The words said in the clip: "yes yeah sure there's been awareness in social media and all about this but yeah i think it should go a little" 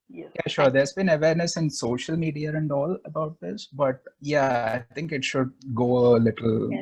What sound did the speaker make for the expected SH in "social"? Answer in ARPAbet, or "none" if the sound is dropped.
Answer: SH